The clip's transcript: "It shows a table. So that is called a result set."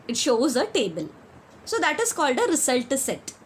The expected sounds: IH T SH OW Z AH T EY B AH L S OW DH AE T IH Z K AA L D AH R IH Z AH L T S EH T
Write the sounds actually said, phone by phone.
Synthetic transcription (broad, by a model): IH T SH OW Z AH T EY B AH L S OW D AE T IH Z K AA L D AH R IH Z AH L T S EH T